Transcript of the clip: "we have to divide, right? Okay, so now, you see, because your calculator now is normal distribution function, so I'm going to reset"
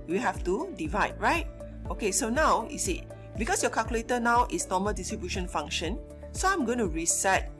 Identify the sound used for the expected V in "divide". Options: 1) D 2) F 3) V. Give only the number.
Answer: 3